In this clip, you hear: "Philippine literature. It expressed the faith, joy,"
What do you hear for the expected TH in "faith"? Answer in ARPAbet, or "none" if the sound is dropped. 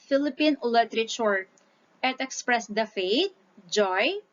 T